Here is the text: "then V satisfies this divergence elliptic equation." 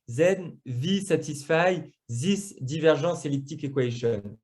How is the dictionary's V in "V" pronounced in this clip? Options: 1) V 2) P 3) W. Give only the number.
1